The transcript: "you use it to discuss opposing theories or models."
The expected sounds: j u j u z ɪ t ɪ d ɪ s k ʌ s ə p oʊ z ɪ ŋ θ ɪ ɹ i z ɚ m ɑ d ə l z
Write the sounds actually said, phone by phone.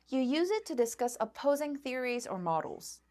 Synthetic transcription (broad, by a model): j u j u z ɪ t ɪ d ɪ s k ʌ s ə p oʊ z ɪ ŋ θ ɪ ɹ i z ɚ m ɑ d l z